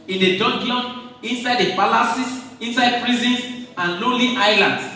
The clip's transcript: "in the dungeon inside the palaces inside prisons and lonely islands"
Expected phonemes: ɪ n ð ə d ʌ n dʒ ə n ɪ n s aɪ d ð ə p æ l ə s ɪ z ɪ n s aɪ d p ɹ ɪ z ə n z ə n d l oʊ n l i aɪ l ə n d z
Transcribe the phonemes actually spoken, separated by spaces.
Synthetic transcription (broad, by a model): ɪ n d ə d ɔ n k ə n ɪ n s aɪ d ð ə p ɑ l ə s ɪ s ɪ n s aɪ d p ɹ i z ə n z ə n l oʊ l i aɪ l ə n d